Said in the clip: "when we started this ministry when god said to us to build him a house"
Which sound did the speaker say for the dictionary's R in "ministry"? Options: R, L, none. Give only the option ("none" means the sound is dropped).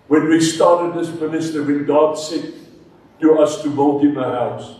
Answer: none